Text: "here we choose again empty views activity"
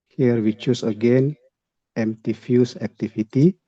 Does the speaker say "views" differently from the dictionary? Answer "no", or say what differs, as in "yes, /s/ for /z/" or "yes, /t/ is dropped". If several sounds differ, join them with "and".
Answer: yes, /f/ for /v/ and /s/ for /z/